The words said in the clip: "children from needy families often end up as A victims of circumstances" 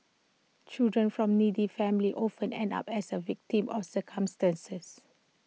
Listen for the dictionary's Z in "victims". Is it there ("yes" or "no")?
no